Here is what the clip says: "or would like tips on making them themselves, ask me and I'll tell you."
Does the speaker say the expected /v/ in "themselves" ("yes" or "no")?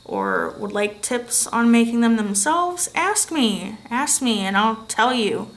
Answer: yes